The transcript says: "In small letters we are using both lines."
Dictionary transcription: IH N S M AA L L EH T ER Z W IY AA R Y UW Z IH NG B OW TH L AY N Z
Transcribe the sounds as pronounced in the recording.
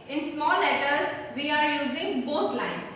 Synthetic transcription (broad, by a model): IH N S M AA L L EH T ER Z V IY AA R Y UW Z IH NG B OW T L AY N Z